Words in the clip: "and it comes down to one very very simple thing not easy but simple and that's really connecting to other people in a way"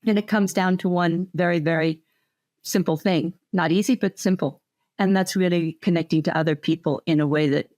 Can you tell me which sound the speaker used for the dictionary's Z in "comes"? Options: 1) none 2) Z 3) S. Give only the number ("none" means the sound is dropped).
2